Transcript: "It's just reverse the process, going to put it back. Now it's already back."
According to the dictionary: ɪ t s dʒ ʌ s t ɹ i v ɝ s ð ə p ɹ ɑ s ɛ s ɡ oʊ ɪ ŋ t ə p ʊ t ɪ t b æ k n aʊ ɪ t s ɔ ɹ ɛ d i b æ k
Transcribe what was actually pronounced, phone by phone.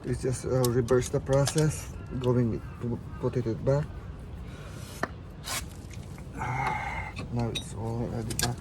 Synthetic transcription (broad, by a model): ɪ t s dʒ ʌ s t ɹ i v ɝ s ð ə p ɹ ɑ s ɛ s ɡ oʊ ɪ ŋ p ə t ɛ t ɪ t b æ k n aʊ ɪ t s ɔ l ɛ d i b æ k